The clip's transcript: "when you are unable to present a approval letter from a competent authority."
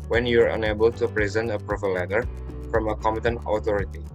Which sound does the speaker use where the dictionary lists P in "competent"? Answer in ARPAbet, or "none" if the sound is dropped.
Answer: none